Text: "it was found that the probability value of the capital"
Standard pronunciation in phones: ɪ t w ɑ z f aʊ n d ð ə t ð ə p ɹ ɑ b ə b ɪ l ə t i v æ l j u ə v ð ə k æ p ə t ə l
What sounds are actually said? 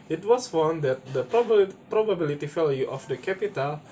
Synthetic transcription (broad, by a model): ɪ t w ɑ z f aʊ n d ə t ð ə p ɹ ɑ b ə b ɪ l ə t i f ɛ l j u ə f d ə k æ p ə t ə l